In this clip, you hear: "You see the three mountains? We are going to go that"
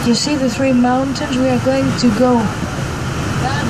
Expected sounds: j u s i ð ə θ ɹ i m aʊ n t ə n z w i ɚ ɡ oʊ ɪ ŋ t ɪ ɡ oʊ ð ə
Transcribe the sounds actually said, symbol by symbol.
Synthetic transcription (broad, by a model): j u s i ð ə θ ɹ i m aʊ n t ə n z w i ɚ ɡ oʊ ɪ ŋ t ɪ ɡ oʊ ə